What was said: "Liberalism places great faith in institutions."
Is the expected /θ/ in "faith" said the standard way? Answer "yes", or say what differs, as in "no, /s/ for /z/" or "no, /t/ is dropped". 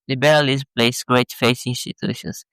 no, /s/ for /θ/